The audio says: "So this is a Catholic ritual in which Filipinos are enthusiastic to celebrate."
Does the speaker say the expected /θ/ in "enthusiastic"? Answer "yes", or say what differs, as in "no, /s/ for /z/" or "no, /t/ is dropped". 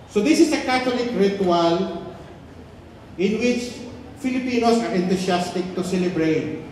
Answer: no, /t/ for /θ/